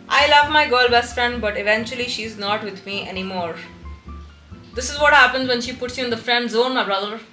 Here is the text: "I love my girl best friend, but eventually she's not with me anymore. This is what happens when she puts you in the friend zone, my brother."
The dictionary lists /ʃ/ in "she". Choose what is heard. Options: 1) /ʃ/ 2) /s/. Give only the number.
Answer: 1